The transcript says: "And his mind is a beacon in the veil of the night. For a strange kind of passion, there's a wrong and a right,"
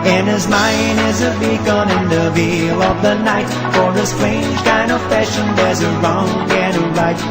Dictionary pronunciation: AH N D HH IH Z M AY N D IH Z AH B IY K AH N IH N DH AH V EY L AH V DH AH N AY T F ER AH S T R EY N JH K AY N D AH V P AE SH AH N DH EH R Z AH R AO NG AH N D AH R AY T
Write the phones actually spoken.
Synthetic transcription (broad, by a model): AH N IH Z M AY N IH Z AH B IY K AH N IH N DH AH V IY L AH V DH AH N AY T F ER AH S T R EY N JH K AY N D AH V F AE SH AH N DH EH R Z AH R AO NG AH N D AH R AY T